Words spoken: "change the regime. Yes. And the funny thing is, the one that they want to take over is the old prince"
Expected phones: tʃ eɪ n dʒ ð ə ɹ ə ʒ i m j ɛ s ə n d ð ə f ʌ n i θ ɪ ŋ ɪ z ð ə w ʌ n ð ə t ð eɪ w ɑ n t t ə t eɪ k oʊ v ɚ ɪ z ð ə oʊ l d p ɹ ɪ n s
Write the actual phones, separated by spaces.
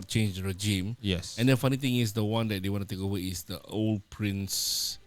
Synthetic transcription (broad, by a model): tʃ eɪ n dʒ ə ɹ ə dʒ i m j ɛ s ə n d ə f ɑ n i t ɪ ŋ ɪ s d ə w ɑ n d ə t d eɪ w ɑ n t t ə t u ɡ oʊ w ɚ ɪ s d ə oʊ l d p ɹ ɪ n s